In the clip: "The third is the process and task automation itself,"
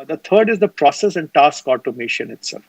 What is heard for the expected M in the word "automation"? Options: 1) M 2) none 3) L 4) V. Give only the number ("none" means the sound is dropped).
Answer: 1